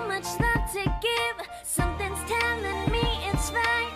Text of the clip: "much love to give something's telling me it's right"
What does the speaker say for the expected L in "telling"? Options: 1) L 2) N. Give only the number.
2